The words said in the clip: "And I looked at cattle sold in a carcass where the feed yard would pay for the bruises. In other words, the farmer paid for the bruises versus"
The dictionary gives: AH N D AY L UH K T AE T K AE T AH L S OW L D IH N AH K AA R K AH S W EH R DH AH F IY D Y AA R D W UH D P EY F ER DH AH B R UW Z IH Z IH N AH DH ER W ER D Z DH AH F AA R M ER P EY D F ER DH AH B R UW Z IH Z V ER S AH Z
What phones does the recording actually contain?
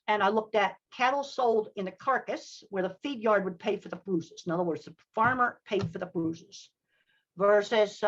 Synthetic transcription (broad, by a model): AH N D AY L UH K T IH T K AE T L S OW L D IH N AH K AA R K AH S W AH R DH AH F IY D Y AA R D W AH D P EY F ER DH AH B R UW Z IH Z IH N AH DH ER W ER D Z DH AH F AA R M ER P EY D F ER DH AH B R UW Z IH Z V ER S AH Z